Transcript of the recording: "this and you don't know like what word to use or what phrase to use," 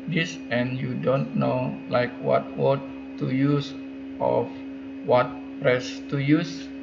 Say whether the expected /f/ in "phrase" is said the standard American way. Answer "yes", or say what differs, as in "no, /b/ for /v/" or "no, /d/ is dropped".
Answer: no, /p/ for /f/